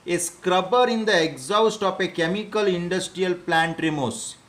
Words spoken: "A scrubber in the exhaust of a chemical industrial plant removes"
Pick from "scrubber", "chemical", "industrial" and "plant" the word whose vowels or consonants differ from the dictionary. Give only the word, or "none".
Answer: none